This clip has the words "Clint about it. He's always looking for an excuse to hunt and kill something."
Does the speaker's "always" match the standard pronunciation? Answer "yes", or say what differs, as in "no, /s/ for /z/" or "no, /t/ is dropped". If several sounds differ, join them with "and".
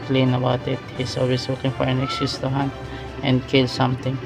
no, /s/ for /z/